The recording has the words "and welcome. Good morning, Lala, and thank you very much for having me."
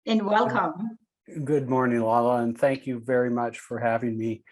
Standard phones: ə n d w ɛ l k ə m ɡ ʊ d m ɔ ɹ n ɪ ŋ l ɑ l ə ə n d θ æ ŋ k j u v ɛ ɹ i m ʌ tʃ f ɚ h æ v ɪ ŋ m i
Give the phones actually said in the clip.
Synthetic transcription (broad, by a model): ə n w ɛ l k ə m ɡ ʊ d m ɔ ɹ n ɪ ŋ l ɑ l ə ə n θ æ ŋ k j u v ɛ ɹ i m ʌ tʃ f ɚ h æ v ɪ ŋ m i